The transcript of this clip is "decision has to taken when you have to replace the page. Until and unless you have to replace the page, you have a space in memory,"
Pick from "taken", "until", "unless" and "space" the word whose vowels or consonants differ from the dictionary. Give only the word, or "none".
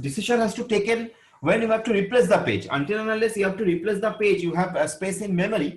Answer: unless